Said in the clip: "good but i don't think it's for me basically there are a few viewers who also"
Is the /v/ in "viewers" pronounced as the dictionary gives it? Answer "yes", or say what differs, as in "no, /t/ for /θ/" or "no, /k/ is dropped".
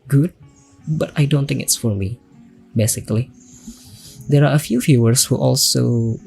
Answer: no, /f/ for /v/